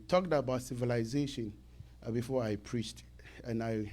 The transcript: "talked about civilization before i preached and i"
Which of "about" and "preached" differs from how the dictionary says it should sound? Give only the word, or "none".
none